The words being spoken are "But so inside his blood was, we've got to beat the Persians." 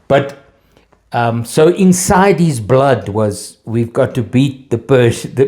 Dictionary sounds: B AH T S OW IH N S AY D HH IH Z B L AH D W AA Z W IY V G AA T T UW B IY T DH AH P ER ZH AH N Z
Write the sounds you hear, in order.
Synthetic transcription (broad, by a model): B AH T S OW IH N S AY D HH IH Z B L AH D W AA Z W IY V G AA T T UW B IY T DH AH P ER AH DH